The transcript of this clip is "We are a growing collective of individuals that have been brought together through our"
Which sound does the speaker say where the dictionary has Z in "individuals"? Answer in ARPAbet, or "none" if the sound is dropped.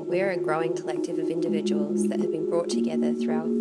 Z